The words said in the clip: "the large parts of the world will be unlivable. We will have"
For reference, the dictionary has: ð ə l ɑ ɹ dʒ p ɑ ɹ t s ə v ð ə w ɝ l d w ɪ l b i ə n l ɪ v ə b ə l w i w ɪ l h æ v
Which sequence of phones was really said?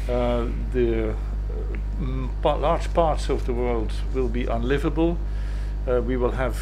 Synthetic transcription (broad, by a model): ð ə l ɑ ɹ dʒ p ɑ ɹ t s ə v ð ə w ɝ l d w ɪ l b i ə n l ɪ v ə b ə l w i w ɪ l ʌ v